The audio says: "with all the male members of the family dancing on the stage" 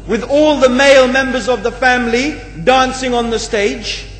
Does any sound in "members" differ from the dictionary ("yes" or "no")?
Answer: no